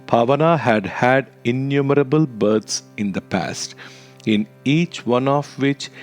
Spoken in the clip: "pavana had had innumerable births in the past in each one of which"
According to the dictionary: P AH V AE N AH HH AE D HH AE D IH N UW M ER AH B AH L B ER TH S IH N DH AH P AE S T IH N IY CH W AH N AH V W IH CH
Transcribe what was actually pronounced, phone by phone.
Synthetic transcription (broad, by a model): P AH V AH N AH HH AE D HH AE D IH N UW M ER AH B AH L B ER T S IH N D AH P AE S T IH N IY CH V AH N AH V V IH CH